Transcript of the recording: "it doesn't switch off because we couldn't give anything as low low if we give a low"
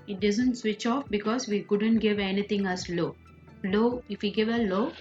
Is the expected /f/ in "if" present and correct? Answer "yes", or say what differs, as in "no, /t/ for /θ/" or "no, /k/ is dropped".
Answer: yes